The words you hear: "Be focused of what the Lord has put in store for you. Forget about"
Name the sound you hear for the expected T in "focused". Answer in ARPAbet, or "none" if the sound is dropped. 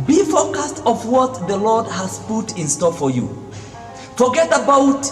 T